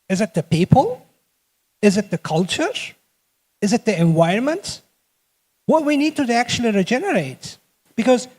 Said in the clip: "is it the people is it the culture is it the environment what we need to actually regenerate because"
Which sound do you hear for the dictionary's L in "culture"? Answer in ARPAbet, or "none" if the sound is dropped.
L